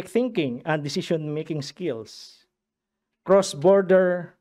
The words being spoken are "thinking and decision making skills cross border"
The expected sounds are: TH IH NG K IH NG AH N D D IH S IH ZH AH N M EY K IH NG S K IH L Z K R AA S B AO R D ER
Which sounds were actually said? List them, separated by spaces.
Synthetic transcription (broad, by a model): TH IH NG K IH NG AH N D D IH S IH SH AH N M EY K IH NG S K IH L S K R AA S B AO R D ER